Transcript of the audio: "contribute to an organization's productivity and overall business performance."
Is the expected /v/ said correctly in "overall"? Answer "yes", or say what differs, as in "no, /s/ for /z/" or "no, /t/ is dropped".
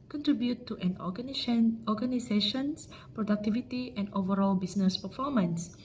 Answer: yes